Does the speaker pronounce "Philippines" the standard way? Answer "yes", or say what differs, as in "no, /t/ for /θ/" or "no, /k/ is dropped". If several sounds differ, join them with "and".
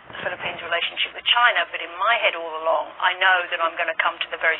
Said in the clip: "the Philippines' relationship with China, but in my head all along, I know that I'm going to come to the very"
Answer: yes